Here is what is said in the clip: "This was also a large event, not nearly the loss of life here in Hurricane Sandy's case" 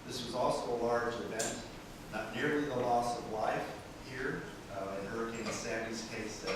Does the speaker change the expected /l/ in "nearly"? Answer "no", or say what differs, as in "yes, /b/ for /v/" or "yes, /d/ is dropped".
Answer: no